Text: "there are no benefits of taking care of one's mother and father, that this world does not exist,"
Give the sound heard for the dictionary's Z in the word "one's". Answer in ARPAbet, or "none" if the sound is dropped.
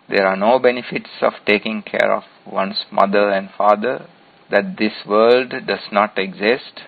S